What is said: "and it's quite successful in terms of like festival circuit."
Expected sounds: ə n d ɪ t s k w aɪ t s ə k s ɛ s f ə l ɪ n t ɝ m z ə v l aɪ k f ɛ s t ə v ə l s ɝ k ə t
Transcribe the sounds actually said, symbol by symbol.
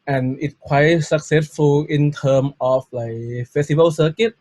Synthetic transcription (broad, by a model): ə n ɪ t k w aɪ t s ə k s ɛ s f ə l ɪ n t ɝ m ə f l aɪ k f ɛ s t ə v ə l s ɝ k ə t